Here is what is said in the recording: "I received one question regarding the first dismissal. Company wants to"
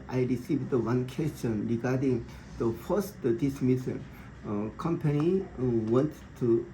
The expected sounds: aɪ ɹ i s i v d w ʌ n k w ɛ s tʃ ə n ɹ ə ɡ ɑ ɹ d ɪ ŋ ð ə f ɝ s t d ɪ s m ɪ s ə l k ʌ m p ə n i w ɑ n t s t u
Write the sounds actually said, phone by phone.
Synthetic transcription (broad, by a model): aɪ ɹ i s i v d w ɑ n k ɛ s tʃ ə n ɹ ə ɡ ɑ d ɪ ŋ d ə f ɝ s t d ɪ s m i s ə n k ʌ m p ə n i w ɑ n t t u